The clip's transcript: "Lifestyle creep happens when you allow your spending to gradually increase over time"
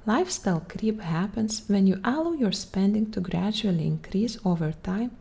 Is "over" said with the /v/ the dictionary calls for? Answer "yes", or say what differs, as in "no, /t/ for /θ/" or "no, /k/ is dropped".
yes